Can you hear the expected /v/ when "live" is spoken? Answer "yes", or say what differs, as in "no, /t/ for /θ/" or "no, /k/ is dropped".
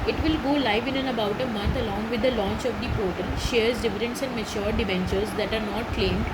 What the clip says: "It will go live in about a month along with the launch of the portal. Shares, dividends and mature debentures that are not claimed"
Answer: yes